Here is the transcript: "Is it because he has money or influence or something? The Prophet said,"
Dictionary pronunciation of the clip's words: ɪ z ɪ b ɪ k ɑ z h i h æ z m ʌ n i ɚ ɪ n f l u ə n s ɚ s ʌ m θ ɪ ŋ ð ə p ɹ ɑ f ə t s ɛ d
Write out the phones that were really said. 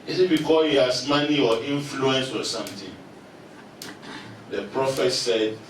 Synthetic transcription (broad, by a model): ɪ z ɪ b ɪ k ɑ h i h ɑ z m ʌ n i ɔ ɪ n f l u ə n s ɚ s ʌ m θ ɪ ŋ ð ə p ɹ ɑ f ə t s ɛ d